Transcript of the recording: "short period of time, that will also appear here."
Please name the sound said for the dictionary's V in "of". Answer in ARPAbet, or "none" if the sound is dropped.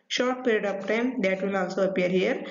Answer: P